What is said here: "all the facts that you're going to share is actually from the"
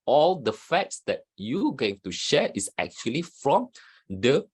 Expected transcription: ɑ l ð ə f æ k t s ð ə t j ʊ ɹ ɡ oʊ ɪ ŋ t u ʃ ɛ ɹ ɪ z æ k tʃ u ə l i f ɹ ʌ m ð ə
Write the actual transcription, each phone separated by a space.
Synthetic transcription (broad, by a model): ɑ l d ə f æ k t s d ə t j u ɡ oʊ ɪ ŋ t u ʃ ɛ ɹ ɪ s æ k tʃ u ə l i f ɹ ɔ m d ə